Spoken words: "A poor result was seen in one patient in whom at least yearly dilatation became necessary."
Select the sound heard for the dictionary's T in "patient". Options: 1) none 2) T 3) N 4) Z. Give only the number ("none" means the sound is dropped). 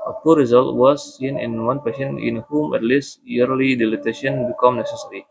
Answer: 1